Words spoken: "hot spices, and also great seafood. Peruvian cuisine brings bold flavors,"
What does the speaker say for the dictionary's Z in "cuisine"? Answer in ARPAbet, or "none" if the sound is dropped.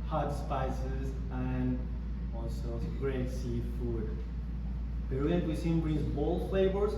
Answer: S